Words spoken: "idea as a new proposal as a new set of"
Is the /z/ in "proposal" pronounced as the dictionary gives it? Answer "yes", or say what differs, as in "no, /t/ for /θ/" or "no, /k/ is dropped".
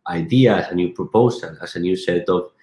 no, /s/ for /z/